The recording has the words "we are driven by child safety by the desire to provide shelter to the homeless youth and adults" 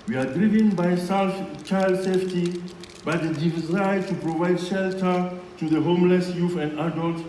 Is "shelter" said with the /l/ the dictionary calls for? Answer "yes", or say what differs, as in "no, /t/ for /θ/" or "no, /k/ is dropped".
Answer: yes